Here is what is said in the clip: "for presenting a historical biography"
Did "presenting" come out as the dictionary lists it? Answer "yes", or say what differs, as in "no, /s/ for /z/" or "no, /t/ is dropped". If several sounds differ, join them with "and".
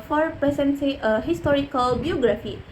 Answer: no, /s/ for /t/